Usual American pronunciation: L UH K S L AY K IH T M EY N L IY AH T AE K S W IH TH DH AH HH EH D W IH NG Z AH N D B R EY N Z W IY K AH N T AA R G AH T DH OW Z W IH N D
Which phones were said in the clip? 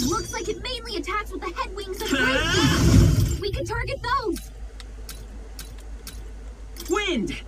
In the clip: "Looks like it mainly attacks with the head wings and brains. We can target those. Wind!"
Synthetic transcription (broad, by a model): L UH K S L AY K IH T M EY N L IY AH T AE K S W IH DH AH HH EH D W IH NG Z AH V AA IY W IY K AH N T AA R G AH T DH OW Z W IH N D